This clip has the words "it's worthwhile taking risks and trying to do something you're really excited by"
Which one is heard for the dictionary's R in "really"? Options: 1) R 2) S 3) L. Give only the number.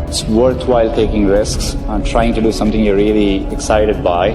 1